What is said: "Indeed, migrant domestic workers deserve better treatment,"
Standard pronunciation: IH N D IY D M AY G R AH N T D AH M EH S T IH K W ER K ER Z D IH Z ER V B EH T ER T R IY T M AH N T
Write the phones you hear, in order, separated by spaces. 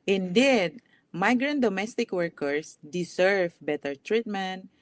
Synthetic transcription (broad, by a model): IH N D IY D M AY G R AH N T D AH M EH S T IH K W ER K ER S D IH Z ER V B EH T ER T R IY T M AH N T